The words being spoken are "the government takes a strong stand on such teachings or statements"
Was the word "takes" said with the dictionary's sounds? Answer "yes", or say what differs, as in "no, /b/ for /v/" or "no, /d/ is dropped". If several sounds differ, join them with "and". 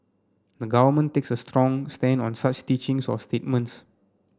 yes